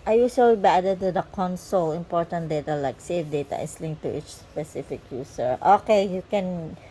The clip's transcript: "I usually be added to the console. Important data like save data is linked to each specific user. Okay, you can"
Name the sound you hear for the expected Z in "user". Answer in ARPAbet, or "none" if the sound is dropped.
S